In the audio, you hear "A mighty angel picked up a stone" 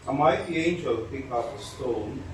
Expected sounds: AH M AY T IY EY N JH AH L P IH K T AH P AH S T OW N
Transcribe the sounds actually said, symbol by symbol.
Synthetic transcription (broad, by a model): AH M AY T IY EY N JH AH L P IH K AH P AH S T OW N